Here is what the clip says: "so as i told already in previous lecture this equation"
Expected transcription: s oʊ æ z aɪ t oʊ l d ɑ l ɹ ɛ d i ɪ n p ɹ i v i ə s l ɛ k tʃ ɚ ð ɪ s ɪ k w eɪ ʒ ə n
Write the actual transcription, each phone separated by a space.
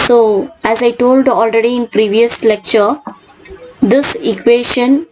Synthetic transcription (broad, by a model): s oʊ æ z aɪ t oʊ l d ɑ l ɹ ɛ d i ɪ n p ɹ i v i ə s l ɛ k tʃ ɚ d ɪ s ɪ k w eɪ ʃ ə n